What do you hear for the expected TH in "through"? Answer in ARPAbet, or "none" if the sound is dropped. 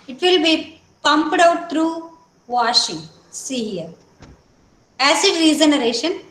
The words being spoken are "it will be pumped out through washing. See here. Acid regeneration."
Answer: T